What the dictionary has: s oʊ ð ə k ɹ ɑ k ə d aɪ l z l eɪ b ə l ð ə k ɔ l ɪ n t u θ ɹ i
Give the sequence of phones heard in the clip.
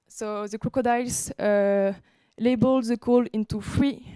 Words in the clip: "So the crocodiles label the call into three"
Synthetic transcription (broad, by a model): s oʊ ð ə k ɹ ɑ k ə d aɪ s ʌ l eɪ b ə l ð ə k ɔ l ɪ n t u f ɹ i